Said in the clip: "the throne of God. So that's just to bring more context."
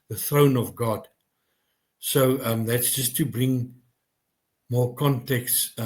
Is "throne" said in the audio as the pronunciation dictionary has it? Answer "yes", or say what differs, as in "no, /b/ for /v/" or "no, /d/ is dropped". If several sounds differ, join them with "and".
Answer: yes